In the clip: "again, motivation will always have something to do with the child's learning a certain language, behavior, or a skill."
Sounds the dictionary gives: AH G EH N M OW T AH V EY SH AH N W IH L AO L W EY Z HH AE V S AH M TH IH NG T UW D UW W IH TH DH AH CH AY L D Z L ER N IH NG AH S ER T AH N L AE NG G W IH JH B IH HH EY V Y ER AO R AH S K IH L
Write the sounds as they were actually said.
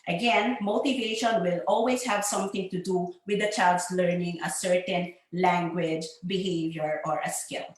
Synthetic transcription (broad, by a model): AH G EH N M OW T AH V EY SH AH N W IH L AO L W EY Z HH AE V S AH M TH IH NG T UW D UW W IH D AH CH AY L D S L ER N IH NG AH S ER T AH N L AE NG G W IH JH B IH HH EY V Y ER AO R AH S K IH L